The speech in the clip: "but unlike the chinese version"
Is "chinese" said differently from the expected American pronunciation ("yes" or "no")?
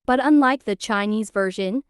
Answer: no